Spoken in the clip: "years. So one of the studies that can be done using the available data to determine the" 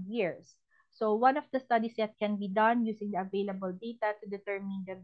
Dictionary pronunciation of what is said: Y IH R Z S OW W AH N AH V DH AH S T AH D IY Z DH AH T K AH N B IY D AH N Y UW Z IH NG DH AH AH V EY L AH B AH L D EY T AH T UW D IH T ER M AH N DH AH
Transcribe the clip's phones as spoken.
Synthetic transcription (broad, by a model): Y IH R S OW W AH N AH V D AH S T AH D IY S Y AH T K AH N B IY D AH N Y UW S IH NG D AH AH V EY L AH B AH L D EY T AH T UW D IH T ER M AH N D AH